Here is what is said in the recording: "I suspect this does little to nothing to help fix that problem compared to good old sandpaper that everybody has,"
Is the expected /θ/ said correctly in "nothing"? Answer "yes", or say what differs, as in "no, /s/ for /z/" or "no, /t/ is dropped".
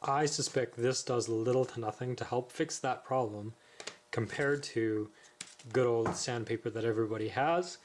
yes